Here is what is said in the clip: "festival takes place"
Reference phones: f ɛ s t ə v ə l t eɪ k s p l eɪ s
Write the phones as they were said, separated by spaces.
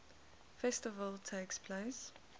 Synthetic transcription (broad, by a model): f ɛ s t ə v ə l t eɪ k s p l eɪ s